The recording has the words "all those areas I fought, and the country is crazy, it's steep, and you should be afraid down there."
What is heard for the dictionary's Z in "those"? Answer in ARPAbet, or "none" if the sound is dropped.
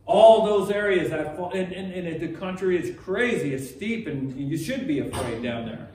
Z